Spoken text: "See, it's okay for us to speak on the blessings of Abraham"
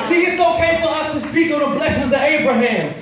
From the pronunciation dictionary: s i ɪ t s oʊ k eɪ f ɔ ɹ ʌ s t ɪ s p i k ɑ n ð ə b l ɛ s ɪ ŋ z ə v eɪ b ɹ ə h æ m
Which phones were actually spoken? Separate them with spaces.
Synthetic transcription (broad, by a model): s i ɪ t s oʊ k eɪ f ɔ l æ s t ɪ s p i k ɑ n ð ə b l ɛ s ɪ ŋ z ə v eɪ b ɹ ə h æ m